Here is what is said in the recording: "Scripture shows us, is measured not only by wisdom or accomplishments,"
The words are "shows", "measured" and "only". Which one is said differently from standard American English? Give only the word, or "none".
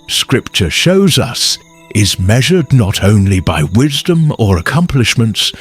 none